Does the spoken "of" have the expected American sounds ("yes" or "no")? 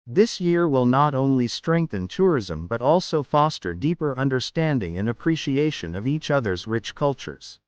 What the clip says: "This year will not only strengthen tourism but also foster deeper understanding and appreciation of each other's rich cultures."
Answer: yes